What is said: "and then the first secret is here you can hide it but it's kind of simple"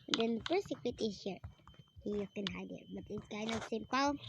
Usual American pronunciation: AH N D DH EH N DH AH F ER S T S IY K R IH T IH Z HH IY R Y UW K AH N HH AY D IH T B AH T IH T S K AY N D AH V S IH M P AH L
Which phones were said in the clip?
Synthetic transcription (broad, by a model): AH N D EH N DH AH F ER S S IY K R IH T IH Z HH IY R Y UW K AH N HH AY D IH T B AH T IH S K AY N AH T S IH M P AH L